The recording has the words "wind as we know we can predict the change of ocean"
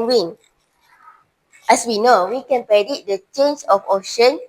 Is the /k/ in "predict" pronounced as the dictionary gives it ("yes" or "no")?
no